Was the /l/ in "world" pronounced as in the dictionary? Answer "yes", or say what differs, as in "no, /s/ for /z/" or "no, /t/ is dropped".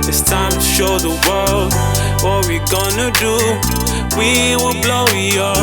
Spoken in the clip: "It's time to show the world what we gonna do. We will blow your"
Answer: yes